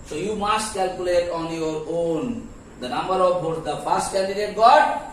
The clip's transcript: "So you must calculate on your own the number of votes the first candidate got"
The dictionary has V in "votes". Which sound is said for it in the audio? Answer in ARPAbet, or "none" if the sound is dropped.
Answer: B